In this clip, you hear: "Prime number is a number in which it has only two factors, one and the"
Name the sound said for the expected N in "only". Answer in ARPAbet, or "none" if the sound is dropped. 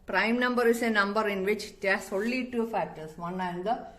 none